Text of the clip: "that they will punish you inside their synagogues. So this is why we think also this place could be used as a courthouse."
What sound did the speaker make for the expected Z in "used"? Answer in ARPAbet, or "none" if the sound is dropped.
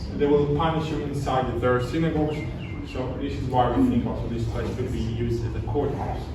Z